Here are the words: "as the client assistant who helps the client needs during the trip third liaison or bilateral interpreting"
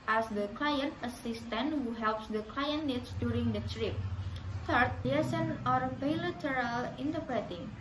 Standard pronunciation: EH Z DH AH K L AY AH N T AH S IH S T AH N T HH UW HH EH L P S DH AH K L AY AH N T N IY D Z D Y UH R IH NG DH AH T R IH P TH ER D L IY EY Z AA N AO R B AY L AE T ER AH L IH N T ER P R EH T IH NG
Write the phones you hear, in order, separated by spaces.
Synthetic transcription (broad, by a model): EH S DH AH K L AY AH N T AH S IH S T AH N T HH UW HH EH L P S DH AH K L AY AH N N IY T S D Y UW R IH NG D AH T R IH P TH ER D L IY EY S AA N AO R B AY L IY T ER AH L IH N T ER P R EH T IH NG